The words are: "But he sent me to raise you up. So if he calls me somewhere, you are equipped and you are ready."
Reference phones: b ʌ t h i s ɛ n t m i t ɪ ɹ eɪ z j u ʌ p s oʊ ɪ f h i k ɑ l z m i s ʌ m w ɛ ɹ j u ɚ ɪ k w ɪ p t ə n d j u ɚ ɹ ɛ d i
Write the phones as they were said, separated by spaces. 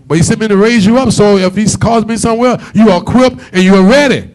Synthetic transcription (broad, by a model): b ʌ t h i s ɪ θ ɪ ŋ t ɪ ɹ eɪ z j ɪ ʌ p s oʊ ɪ f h i k ɑ z m i s ʌ m w ɛ ɹ j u ɚ k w ɪ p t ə n j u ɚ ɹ ɛ d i